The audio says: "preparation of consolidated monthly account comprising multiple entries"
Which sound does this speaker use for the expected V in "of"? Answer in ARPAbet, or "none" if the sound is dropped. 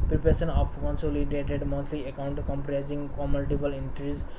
P